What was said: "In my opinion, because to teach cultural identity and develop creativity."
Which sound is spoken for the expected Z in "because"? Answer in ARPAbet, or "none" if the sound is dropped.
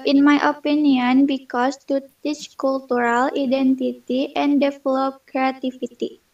S